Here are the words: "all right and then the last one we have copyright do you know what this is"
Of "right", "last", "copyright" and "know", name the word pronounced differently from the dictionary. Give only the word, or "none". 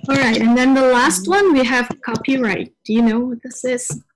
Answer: none